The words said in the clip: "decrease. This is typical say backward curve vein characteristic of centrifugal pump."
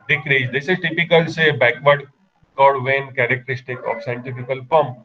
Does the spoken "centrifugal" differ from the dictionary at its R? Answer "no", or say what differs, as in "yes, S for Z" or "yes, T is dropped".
yes, R is dropped